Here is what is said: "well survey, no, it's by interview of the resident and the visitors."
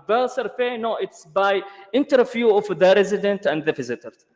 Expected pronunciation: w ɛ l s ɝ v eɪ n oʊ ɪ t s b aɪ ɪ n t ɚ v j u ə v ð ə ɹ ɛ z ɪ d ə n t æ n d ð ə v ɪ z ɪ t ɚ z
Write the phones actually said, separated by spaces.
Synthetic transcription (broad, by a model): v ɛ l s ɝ f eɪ n oʊ ɪ t s b aɪ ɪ n t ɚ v j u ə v ð ə ɹ ɛ z ɪ d ə n t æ n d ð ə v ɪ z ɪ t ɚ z